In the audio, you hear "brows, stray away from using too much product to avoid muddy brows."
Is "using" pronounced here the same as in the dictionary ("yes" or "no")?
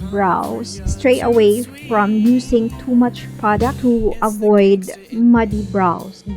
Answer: no